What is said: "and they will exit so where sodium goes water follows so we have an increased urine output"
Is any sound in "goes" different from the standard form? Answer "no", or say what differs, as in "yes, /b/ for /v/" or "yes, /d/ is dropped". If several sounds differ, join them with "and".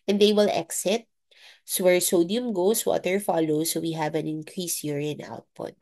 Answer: yes, /s/ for /z/